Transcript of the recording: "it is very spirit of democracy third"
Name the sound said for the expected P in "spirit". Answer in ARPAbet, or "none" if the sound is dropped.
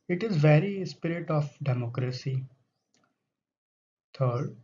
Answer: P